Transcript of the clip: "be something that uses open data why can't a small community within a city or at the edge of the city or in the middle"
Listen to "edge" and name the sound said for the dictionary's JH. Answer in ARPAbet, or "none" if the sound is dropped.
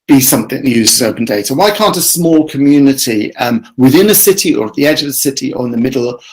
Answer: JH